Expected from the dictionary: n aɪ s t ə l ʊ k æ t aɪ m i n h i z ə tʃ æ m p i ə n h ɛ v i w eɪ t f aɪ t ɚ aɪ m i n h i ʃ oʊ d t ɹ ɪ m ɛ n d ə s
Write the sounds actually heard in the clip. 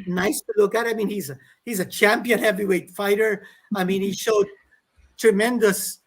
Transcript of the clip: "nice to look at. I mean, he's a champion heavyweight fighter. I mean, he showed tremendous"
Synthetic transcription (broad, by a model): n aɪ s t ə l ʊ k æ t aɪ m i n h i z ə tʃ æ m p i ə n h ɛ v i w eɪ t f aɪ t ɚ aɪ m i n h i ʃ oʊ d t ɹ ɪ m ɛ n d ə s